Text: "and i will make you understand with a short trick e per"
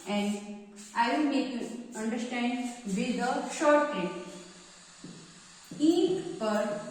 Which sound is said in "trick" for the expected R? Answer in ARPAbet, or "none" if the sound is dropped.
none